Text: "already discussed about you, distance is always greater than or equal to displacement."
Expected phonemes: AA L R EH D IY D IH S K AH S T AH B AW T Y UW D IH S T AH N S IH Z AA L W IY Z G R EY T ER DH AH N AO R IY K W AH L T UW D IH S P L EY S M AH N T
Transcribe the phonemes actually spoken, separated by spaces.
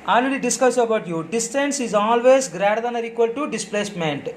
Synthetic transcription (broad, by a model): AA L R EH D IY D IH S K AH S AH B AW T Y UW D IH S T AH N S IH Z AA L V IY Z G R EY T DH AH N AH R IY K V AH L T UW D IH S P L EY S M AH N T